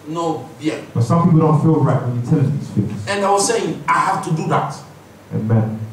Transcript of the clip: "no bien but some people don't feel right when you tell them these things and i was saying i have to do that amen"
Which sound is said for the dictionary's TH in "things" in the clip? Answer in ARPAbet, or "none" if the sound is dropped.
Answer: F